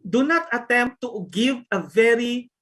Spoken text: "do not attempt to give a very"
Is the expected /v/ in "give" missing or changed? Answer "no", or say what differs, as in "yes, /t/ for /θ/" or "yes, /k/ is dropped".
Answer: no